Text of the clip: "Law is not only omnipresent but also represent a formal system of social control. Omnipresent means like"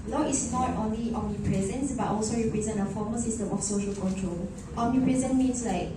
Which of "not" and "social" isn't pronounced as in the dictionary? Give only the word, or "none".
none